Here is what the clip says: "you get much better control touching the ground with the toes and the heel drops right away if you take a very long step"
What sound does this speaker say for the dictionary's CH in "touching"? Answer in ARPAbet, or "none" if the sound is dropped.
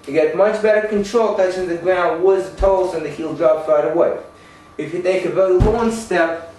S